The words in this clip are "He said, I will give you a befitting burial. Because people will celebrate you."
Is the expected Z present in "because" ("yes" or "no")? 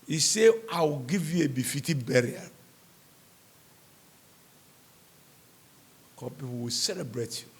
no